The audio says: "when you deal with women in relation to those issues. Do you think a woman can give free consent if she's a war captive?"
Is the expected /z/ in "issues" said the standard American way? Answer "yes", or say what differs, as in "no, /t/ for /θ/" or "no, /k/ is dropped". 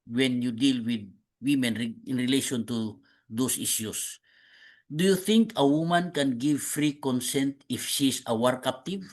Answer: no, /s/ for /z/